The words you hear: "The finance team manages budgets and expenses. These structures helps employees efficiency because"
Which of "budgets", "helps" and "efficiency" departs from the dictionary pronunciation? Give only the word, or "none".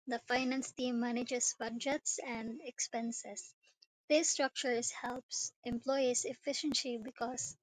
none